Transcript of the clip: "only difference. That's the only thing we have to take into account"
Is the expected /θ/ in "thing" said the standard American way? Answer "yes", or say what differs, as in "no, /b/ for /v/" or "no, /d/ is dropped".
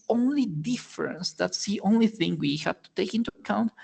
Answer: yes